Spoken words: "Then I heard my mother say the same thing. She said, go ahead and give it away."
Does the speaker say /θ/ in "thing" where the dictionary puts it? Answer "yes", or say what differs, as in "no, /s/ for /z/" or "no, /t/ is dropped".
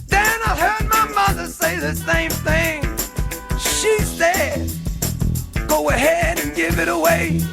yes